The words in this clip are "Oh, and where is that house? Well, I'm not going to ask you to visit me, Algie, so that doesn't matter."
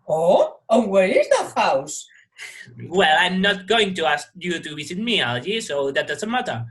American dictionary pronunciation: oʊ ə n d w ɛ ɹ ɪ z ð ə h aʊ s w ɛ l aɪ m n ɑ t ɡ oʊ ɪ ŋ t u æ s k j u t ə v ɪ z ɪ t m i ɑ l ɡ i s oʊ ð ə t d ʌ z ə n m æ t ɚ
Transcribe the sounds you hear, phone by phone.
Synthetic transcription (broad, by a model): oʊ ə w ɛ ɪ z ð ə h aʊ s w ɛ l aɪ m n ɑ t ɡ oʊ ɪ ŋ t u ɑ s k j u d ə w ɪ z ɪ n m i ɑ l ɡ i s oʊ ð ə t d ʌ s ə m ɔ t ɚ